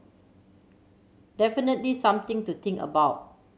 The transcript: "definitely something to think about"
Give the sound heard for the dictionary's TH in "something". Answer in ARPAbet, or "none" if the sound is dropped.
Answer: T